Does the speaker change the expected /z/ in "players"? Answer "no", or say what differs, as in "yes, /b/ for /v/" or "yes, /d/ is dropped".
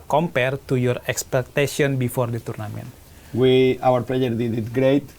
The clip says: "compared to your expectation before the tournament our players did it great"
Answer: yes, /z/ is dropped